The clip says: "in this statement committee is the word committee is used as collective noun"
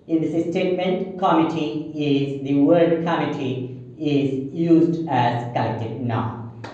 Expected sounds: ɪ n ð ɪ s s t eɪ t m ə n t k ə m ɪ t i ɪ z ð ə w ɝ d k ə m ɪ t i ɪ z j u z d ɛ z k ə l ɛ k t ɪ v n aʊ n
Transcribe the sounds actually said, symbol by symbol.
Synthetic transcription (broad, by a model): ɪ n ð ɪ s s t eɪ t m ə n t k ə m ɪ t i ɪ z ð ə w ɝ d k ə m ɪ t i ɪ z j u z d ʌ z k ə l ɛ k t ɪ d n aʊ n